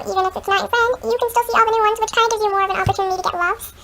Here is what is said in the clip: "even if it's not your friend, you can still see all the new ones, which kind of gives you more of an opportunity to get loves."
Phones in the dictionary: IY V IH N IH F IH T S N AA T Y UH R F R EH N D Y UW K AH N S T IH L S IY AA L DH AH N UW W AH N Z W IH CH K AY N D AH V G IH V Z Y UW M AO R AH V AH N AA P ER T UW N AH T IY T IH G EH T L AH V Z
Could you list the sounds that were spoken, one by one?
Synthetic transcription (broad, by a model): IY V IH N IH F IH T S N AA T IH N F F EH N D Y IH K AH N S T IH L S IY AA L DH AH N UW W AH N Z W IH CH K AY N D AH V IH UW M AO R AH V AH N AA P ER T UW N AH T IY T IH G EH T L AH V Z